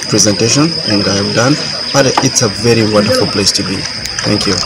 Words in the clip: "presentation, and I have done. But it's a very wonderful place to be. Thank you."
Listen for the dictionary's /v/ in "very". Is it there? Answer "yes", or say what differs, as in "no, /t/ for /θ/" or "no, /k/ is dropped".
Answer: yes